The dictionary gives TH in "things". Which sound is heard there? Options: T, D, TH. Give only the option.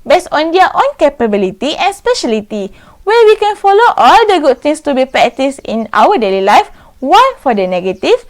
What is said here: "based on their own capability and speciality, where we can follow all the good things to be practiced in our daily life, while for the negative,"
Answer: T